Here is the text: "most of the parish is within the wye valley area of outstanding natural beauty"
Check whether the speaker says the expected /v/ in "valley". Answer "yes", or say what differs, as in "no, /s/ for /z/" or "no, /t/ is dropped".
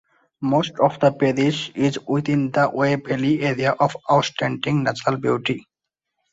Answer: no, /b/ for /v/